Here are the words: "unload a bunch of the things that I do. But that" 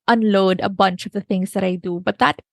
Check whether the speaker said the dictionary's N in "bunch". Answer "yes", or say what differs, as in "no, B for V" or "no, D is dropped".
yes